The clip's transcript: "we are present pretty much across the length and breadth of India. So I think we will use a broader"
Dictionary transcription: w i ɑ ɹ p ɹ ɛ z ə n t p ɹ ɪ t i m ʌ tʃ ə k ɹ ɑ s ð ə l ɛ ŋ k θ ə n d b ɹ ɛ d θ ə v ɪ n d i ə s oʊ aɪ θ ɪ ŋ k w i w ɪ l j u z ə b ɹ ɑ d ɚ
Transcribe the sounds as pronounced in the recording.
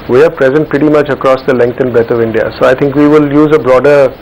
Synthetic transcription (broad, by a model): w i ɑ ɹ p ɹ ɛ z ə n t p ɹ ɪ t i m ʌ tʃ ə k ɹ ɑ s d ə l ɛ ŋ k t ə n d b ɛ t ə v ɪ n d i ə s oʊ aɪ t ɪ ŋ k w i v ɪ l j u z ə b ɹ ɑ d ɚ